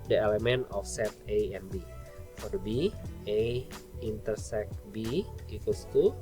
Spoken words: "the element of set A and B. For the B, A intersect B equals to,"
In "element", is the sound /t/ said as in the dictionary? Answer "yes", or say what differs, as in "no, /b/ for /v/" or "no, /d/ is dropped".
no, /t/ is dropped